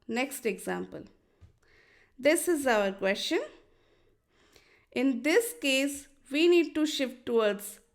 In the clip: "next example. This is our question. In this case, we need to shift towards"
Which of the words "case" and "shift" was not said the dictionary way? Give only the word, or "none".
none